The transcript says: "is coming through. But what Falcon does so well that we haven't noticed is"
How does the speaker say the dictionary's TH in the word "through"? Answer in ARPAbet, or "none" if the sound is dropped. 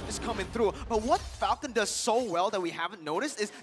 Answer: TH